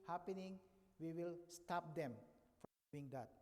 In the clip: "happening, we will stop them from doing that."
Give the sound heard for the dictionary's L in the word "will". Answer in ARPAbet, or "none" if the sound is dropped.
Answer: L